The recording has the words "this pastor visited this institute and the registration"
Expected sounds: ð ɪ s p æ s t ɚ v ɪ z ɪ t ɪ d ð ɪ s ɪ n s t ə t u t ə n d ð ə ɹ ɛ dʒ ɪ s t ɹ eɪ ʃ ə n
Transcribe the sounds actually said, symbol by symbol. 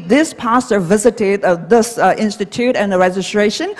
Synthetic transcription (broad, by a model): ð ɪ s p æ s t ɚ v ɪ z ɪ t ɪ d ð ɪ s ɪ n s t ə t u t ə n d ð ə ɹ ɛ dʒ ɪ s t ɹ eɪ ʃ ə n